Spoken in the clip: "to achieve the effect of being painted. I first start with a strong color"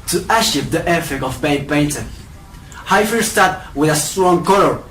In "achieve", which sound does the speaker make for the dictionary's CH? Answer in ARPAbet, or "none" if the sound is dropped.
SH